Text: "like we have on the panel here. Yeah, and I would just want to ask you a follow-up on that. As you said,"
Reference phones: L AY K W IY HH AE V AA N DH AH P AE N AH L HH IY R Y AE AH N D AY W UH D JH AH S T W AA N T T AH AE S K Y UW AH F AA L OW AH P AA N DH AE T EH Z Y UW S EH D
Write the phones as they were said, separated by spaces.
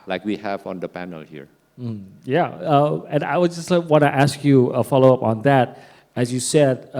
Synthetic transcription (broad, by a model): L AY K W IY HH AE V AA N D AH P AE N AH L HH IY R Y AE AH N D AY W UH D JH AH S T W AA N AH T AE S K Y UW AH F AA L OW AH P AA N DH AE T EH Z Y UW S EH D